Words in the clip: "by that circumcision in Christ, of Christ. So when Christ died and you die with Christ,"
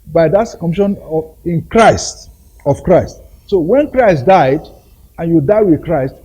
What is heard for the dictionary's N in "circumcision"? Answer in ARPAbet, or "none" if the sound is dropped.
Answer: none